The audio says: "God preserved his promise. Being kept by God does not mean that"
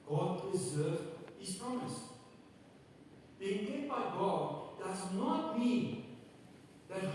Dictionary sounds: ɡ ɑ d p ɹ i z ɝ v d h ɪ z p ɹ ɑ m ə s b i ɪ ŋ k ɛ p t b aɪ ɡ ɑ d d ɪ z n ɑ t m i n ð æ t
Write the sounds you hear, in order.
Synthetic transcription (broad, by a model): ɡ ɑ d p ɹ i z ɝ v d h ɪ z p ɹ ɑ m ə s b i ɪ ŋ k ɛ t b aɪ ɡ ɑ d d ɪ z n ɑ t m i n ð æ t